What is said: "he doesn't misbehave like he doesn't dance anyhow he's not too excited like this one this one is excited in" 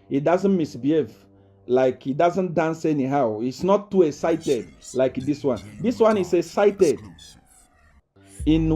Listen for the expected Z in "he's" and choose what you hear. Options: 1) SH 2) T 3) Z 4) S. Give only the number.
4